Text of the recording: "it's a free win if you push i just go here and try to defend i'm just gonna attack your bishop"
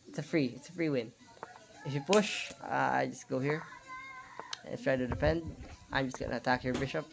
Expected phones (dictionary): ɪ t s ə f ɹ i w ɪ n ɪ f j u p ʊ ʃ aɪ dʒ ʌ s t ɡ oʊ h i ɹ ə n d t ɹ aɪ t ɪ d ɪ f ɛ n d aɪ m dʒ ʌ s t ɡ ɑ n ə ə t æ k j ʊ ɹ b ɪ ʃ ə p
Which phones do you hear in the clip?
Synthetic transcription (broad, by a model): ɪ t s ə f ɹ i w ɪ n ɪ f j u p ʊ ʃ aɪ dʒ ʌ s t ɡ oʊ h i ɹ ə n t ɹ aɪ t ɪ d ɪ p ɛ n d aɪ m dʒ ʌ s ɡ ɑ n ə ə t æ k j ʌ ɹ b ɪ ʃ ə p